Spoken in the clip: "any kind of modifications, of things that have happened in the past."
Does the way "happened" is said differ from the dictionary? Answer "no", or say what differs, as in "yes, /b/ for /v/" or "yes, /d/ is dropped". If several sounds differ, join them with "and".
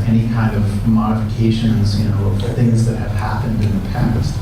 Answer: no